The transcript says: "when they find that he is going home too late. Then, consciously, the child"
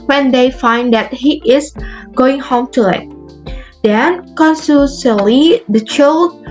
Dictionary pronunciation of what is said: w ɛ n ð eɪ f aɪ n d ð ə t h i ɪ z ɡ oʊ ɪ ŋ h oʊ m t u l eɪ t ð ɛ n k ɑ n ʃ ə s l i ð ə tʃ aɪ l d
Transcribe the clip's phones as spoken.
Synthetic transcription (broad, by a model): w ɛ n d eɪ f aɪ n d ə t h i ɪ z ɡ oʊ ɪ ŋ h oʊ m t u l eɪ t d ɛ n k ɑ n s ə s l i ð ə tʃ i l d